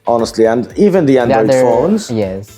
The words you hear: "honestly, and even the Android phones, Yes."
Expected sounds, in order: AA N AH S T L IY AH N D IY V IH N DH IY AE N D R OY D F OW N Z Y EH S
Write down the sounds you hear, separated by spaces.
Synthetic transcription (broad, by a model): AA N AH S T L IY AH N D IY V IH N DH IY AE N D AH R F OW N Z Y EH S